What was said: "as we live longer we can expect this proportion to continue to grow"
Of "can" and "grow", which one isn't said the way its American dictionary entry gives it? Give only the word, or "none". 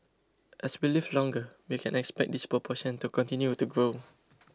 none